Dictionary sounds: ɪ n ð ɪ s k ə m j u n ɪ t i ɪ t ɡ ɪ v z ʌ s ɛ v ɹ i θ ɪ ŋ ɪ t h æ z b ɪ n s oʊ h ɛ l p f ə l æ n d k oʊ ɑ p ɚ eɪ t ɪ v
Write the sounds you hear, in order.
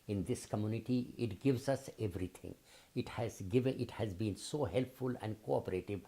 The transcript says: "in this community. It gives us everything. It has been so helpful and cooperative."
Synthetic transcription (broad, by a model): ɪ n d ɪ s k ə m j u n ɪ t i ɪ t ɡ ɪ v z ʌ s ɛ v ɹ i t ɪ ŋ ɪ t h æ z b ɪ n s oʊ h ɛ l p f ə l æ n d k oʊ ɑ p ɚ eɪ t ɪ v